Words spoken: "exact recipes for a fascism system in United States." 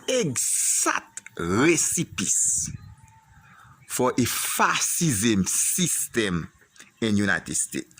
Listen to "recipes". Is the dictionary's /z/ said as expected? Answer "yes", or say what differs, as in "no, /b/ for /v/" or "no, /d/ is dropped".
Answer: no, /s/ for /z/